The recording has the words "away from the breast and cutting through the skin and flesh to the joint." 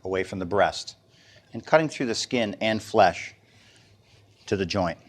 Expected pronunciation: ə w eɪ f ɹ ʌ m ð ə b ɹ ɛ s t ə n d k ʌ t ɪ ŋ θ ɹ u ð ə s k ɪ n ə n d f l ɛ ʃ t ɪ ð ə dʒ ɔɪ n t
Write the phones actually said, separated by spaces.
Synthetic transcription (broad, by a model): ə w eɪ f ɹ ʌ m ð ə b ɹ ɛ s t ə n k ʌ t ɪ ŋ θ ɹ u ð ə s k ɪ n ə n f l ɛ ʃ t ɪ ð ə dʒ ɔɪ n t